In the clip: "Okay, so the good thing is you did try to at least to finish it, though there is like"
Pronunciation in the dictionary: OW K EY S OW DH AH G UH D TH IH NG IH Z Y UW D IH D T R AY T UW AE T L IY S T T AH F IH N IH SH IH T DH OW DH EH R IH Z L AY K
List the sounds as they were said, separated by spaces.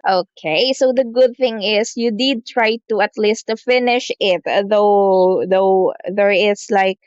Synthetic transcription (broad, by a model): OW K EY S OW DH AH G UH D TH IH NG IH S Y UW D IH D T R AY T UW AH T L IY S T T F IH N IH SH IH T DH OW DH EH R IH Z L AY K